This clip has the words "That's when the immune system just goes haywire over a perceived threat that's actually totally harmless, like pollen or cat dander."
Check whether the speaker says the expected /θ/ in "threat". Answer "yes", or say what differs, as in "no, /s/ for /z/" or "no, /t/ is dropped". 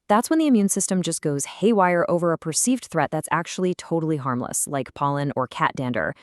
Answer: yes